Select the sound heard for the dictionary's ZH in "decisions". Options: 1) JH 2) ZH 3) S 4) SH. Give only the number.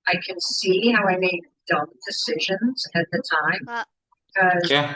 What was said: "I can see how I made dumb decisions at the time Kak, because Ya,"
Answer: 2